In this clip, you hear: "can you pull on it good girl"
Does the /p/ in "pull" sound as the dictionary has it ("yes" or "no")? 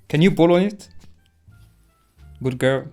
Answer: no